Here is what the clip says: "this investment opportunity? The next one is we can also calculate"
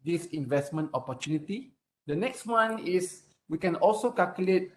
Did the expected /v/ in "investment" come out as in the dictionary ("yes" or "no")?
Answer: yes